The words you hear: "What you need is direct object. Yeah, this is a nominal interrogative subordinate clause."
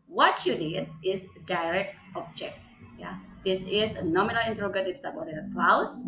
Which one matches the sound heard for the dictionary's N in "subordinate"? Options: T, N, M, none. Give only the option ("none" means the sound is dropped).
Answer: none